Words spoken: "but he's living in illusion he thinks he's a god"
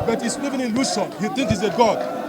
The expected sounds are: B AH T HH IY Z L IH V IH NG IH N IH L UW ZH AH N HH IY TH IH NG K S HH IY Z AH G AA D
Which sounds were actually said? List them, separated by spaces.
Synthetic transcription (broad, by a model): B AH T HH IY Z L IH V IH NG IH N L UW S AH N HH IY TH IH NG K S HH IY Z AH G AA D